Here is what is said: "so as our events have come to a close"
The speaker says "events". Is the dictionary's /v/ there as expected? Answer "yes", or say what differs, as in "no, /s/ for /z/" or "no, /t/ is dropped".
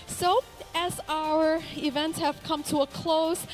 yes